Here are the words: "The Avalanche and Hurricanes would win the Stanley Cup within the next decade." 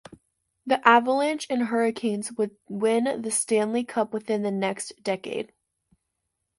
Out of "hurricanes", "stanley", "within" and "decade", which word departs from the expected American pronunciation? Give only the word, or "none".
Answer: none